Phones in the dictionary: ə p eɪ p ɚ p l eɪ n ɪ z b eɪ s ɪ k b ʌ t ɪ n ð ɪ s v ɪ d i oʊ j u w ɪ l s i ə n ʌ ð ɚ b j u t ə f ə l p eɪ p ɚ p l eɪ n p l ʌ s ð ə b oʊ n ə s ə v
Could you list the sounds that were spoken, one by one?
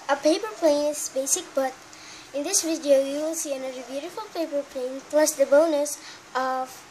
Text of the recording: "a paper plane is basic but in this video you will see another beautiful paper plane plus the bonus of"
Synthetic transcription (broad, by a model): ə p eɪ p ɚ p l eɪ n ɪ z b eɪ s ɪ k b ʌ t ɪ n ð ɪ s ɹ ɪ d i oʊ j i w ɪ l s i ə n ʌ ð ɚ b j u t ə f ə l p eɪ p ɚ p l eɪ n p l ʌ s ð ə b oʊ n ə s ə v